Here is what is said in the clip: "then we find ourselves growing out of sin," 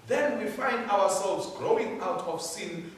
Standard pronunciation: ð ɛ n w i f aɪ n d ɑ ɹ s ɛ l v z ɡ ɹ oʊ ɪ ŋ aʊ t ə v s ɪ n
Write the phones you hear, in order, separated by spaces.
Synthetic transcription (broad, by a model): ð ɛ n w i f aɪ n d ɑ w s ɛ l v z ɡ ɹ oʊ ɪ ŋ aʊ t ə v s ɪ n